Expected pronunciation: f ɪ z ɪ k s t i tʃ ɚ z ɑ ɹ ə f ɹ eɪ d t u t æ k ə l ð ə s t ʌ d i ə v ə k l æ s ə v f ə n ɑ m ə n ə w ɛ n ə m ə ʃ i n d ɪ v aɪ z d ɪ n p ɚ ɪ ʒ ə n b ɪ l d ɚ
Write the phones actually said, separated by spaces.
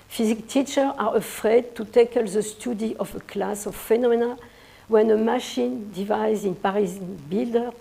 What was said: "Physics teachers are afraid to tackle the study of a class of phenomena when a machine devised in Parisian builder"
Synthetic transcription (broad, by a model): f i z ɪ k t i tʃ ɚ ɑ ɹ ə f ɹ eɪ d t u t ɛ k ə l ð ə s t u d i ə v ə k l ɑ s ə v f ə n ɑ m ə n ə w ɛ n ə m ə ʃ i n d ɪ v aɪ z ɪ n p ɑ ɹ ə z b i l d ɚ